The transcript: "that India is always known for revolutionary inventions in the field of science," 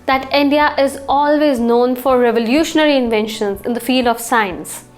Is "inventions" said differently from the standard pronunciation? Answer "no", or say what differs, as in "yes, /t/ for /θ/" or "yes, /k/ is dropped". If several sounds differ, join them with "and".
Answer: no